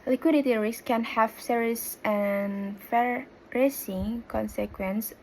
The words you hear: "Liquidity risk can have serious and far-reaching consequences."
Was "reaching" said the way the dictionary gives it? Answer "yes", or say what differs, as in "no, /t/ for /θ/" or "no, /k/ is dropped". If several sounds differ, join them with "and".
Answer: no, /s/ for /tʃ/